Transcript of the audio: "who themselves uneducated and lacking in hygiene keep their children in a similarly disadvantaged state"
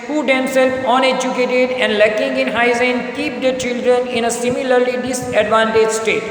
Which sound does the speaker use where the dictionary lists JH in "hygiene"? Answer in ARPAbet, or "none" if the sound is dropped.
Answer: Z